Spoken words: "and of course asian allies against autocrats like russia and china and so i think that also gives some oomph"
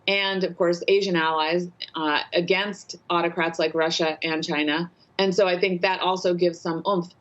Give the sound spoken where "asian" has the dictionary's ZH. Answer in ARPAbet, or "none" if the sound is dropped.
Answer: ZH